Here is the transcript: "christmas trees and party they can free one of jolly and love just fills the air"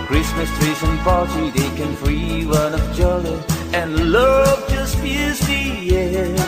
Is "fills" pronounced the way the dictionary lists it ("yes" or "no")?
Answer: no